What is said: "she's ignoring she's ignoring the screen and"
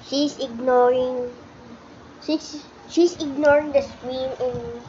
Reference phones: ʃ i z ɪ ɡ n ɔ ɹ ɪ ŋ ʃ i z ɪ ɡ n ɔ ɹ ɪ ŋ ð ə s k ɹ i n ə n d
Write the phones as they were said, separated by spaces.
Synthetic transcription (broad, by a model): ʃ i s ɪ ɡ n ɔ ɹ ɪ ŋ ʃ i s ɪ ɡ n ɔ ɹ ɪ ŋ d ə s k w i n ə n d